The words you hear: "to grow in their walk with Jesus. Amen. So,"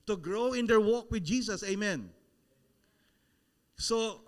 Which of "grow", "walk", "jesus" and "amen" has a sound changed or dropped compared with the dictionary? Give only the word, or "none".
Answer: jesus